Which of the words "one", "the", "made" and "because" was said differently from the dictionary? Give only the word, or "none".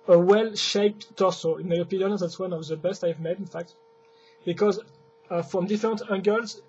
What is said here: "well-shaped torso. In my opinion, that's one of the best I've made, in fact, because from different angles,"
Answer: none